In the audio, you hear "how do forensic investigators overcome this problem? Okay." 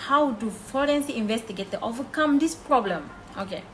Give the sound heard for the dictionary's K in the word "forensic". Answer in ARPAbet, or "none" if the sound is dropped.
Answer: none